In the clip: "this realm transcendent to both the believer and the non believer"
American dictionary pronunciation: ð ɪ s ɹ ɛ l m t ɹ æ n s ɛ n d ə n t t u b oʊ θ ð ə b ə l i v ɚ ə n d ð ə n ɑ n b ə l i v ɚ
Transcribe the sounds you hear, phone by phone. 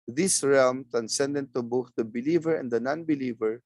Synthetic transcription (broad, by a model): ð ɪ s ɹ ɛ l m t ɹ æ n s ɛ n d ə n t t u b oʊ θ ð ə b ə l i v ɚ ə n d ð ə n ɑ n b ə l i v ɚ